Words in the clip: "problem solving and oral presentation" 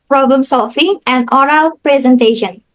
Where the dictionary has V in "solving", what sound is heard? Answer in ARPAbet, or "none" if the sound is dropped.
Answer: F